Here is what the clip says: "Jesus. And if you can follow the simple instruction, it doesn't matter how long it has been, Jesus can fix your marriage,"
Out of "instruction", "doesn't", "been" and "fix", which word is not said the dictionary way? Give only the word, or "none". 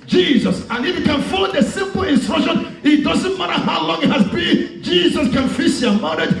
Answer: fix